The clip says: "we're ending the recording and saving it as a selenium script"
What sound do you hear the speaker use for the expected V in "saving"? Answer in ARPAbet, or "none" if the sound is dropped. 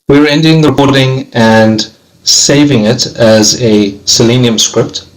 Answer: V